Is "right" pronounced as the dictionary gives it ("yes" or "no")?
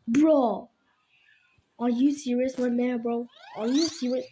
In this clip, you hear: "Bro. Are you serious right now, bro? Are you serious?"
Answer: no